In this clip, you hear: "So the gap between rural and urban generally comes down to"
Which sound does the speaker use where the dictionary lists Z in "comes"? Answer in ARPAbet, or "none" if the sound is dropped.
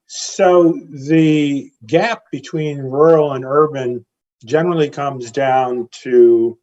Z